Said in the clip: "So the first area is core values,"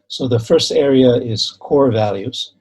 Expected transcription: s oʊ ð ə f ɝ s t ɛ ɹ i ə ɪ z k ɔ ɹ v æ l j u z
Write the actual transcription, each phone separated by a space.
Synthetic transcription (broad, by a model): s oʊ ð ə f ɝ s t ɛ ɹ i ə ɪ z k ɔ ɹ v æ l j u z